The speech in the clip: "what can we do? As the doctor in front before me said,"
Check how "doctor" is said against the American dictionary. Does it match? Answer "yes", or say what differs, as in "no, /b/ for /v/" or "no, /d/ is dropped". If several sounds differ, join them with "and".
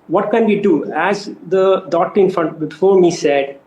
no, /k/ is dropped